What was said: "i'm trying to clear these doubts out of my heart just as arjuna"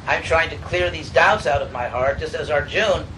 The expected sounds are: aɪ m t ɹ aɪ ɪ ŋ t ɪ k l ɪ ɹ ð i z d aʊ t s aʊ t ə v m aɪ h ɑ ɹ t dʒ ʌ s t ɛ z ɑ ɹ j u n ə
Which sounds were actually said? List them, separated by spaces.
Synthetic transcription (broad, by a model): aɪ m t ɹ aɪ ɪ ŋ t ɪ k l ɪ ɹ ð i z d aʊ t s aʊ t ə v m aɪ h ɑ ɹ t dʒ ʌ s t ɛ z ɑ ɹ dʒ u n